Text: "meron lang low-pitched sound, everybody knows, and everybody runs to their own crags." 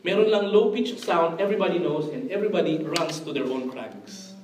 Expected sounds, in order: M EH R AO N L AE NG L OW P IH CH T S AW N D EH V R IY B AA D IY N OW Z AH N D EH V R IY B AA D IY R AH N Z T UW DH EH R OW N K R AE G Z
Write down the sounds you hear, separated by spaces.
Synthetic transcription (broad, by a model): M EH R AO N L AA NG L OW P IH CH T S AW N D EH V R IY B AA D IY N OW S AH N D EH V R IY B AA D IY R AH N S T UW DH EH R OW N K R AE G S